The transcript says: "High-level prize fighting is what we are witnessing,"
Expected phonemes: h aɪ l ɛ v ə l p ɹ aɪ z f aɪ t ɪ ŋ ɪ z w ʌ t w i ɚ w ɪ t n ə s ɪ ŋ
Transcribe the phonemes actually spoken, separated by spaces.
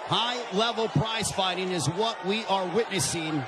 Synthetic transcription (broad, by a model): h aɪ l ɛ v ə l p ɹ aɪ z f aɪ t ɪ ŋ ɪ z w ʌ t w i ɚ w ɪ t n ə s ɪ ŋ